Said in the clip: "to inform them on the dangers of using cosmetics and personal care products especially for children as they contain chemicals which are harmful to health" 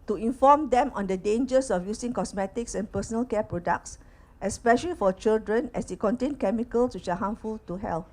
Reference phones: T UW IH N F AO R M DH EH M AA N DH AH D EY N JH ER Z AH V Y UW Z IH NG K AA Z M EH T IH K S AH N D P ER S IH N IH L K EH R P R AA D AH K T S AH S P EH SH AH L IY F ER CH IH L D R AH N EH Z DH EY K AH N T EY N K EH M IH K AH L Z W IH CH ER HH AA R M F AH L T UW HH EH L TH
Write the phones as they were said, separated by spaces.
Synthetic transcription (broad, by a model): T UW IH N F AO M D EH M AA N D AH D EY N JH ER S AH F Y UW S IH NG K AA S M EH T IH K S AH N P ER S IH N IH L K EH P R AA D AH K T S AH S P EH SH AH L IY F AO CH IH L D R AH N EH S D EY K AH N T EY N K EH M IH K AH L S W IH CH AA HH AA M F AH L T UW HH EH L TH